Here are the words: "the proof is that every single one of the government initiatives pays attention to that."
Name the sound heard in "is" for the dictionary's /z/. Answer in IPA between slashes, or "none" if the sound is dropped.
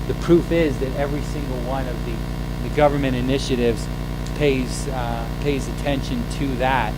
/z/